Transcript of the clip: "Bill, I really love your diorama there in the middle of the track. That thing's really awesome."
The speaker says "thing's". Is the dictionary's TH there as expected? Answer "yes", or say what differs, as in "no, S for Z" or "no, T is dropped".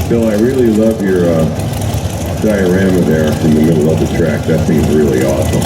no, S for TH